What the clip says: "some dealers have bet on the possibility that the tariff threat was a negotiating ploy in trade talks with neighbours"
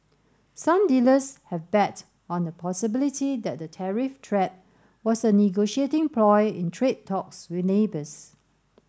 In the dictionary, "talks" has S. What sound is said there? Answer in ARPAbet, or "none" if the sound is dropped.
S